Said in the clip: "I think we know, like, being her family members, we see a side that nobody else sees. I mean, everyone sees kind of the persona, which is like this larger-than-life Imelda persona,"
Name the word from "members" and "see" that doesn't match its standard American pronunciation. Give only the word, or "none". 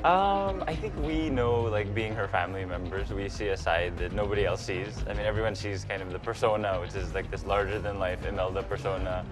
none